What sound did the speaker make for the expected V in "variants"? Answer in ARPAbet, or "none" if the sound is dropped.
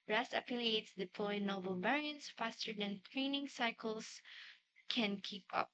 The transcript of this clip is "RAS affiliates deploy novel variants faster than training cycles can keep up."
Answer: B